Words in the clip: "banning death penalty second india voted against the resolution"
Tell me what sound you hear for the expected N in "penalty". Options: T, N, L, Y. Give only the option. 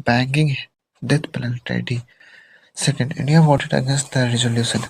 L